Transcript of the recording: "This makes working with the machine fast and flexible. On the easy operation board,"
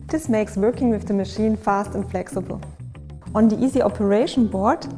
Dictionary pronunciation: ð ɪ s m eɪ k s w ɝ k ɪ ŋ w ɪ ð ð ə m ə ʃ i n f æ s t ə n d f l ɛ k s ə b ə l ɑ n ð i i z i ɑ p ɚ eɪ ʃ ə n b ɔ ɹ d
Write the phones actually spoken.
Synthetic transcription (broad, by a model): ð ɪ s m eɪ k s w ɝ k ɪ ŋ w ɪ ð ð ə m ə ʃ i n f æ s t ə n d f l ɛ k s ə b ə l ɑ n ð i i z i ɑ p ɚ eɪ ʃ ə n b ɔ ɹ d